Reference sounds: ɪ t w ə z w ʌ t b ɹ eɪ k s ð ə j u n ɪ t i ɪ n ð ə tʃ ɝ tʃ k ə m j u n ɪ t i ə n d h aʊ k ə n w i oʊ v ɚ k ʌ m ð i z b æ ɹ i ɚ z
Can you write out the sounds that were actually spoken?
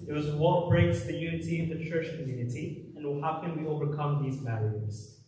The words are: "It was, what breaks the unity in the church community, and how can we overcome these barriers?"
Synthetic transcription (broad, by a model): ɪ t w ə z w ʌ t b ɹ eɪ k s ð ə j u n ɪ t i ɪ n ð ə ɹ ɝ ʃ k ə m j u n ɪ t i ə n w h aʊ k ə n w i oʊ v ɚ k ʌ m ð i z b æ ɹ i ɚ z